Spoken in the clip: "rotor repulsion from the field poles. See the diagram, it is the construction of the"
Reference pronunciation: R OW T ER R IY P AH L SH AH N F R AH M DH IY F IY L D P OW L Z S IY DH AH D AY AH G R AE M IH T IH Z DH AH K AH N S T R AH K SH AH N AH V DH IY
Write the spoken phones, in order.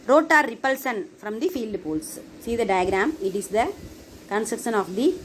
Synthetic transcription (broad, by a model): R OW T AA R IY P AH L S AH N F R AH M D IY F IY L D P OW L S S IY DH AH D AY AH G R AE M IH T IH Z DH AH K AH N S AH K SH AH N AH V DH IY